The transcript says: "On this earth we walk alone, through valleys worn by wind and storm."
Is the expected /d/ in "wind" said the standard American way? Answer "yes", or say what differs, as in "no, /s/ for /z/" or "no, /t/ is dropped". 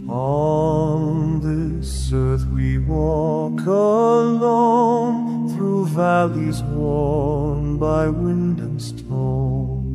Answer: yes